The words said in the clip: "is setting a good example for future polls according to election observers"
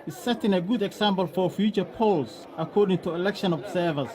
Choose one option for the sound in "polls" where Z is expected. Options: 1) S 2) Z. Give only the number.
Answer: 1